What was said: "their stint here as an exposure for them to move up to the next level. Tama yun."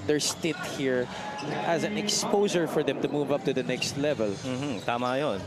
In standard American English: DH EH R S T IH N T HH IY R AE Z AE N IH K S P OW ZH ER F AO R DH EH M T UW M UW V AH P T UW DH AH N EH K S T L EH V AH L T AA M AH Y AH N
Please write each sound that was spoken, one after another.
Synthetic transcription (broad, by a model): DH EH R S T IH T HH IY R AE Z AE N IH K S P OW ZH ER F AO R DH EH M T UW M UW V AH P T UW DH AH N EH K S T L EH V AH L T AA M AH Y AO N